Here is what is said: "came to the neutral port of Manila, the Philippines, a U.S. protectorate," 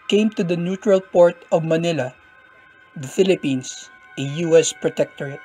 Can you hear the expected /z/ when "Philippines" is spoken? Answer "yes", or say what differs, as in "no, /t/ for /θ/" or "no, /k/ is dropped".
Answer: no, /s/ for /z/